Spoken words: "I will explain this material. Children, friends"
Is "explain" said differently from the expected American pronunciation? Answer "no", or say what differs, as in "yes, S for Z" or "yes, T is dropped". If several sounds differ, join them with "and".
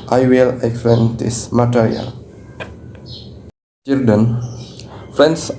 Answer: yes, L is dropped